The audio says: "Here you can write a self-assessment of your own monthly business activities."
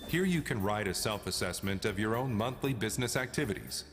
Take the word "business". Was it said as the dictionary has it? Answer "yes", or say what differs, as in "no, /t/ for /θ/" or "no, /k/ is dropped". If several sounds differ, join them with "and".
yes